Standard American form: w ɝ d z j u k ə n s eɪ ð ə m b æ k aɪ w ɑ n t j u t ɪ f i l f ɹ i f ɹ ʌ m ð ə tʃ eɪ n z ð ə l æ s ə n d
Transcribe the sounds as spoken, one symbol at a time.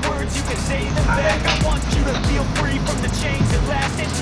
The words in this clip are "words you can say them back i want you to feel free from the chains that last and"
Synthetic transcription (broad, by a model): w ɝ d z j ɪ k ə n s eɪ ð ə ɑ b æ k aɪ w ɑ n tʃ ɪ t ɪ f i l f ɹ i f ɹ ʌ m ð ə tʃ eɪ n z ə l æ s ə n